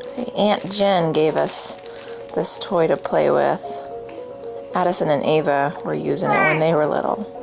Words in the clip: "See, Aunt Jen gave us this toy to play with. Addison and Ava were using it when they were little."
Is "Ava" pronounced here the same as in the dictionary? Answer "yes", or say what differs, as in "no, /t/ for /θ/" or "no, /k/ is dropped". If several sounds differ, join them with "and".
yes